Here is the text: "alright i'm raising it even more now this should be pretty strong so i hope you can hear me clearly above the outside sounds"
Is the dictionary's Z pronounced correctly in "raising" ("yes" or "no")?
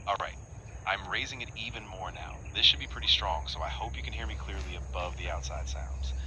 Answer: yes